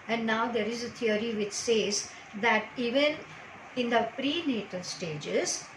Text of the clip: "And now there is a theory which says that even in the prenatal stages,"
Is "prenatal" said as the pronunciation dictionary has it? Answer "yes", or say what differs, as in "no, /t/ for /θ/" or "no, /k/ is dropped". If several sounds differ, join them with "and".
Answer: yes